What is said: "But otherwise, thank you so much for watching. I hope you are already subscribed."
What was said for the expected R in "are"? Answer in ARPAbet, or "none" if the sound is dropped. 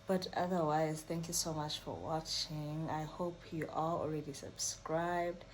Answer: L